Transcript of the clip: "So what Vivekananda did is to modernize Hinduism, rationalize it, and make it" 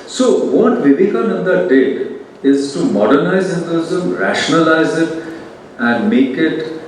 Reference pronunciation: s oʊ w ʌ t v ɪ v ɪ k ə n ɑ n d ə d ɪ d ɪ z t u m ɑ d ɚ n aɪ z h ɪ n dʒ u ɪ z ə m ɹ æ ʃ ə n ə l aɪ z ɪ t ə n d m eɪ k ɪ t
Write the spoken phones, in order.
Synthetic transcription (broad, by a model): s oʊ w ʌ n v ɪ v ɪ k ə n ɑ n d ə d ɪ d ɪ z t u m ɑ d ɚ n aɪ z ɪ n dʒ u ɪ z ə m ɹ æ ʃ ə n ə l aɪ z ɪ t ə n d m eɪ k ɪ t